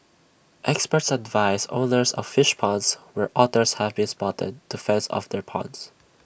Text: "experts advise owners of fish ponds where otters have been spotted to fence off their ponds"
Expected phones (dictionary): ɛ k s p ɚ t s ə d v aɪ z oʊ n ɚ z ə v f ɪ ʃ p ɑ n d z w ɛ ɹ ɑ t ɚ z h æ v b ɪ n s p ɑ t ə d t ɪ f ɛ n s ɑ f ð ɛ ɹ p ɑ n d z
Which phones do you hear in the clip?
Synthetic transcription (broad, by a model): ɛ k s p ɚ t s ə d v aɪ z oʊ n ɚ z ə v f ɪ ʃ p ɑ n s w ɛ ɹ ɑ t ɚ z h æ v b ɪ n s p ɑ t ə d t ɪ f ɛ n s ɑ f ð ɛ ɹ p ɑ n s